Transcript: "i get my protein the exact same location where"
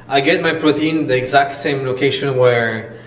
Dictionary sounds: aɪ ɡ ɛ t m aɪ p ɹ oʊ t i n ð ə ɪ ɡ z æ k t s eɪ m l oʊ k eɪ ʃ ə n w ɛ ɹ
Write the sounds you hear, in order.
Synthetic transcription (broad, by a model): aɪ ɡ ɛ t m aɪ p ɹ oʊ t i n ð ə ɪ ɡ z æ k t s eɪ m l oʊ k eɪ ʃ ə n w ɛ ɹ